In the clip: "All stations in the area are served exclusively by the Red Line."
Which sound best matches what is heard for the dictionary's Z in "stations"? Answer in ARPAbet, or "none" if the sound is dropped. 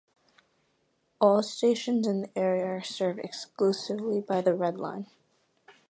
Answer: Z